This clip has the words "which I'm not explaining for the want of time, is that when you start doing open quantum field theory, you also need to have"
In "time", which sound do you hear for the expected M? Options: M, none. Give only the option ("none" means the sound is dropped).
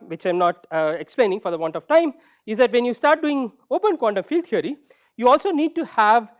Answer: M